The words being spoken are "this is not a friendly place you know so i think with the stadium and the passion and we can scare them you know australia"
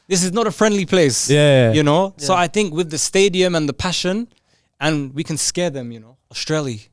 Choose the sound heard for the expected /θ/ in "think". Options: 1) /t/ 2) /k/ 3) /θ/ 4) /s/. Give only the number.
3